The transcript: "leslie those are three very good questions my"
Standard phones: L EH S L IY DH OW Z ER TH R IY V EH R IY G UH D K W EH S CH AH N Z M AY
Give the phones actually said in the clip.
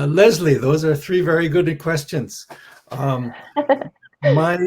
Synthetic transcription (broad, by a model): L EH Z L IY DH OW Z ER TH R IY V EH R IY G UH D K W EH S CH AH N Z M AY